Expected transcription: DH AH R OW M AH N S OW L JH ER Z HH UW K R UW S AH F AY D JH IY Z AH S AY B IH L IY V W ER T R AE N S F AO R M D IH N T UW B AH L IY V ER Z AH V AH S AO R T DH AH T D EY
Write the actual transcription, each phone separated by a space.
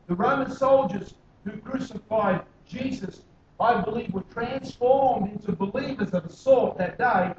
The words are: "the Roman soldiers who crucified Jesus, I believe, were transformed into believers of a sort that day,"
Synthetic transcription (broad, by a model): DH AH R OW M AH N S OW L JH ER Z HH UW K R UW S AH F AY D JH IY Z AH S AY B IH L IY V W ER T R AE N S F AO R M D IH N T UW B AH L IY V ER Z AH V AH S AO R T DH AH T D EY